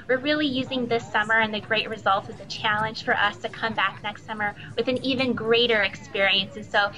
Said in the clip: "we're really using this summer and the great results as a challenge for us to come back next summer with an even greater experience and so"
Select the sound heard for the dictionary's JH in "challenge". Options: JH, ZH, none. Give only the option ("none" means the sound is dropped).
ZH